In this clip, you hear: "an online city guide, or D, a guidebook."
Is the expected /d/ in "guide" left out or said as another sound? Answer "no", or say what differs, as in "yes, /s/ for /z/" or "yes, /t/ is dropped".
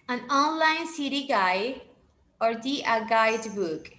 yes, /d/ is dropped